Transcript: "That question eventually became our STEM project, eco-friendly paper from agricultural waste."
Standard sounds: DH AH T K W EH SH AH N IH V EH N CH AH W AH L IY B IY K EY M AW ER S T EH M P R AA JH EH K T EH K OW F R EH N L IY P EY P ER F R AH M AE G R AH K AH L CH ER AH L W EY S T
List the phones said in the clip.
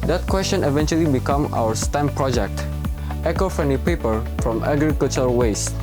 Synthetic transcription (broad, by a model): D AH T K W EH S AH N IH V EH N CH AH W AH L IY B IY K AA M AW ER S T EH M P R AA JH EH K T EH K OW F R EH N IY P EY P ER F R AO M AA G R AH K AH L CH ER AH W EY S